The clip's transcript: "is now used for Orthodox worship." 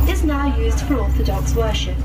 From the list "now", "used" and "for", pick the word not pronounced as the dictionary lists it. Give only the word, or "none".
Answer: none